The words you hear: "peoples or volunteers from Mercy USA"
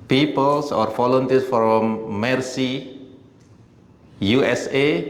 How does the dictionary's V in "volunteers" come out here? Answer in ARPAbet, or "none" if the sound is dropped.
F